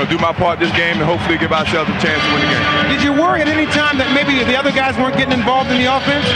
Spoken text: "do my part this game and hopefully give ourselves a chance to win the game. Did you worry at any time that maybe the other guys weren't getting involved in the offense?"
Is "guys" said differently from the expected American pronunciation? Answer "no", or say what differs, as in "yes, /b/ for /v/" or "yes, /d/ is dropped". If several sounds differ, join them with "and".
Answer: no